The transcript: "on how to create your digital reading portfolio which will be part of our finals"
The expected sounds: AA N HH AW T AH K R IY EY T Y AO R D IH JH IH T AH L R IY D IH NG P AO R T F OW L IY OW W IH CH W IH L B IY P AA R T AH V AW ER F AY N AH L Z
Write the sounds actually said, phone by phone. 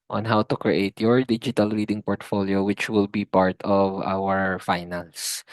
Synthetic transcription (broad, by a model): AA N HH AW T AH K R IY EY T Y AO R D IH JH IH T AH L R IY D IH NG P AO R T F OW L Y OW W IH CH W IH L B IY P AA R T AH V AW ER F AY N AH L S